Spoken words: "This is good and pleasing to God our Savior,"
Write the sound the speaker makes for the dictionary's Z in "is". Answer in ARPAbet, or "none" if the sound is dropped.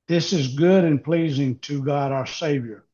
Z